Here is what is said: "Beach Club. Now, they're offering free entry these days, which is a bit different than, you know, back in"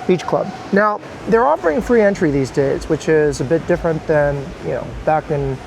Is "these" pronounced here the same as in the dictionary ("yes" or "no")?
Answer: yes